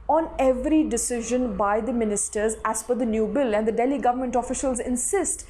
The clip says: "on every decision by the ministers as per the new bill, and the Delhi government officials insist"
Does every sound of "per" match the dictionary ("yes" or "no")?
no